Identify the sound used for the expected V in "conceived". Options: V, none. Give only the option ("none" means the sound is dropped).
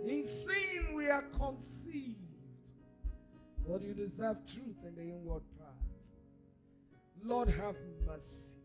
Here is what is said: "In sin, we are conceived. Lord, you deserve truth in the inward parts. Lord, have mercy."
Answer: V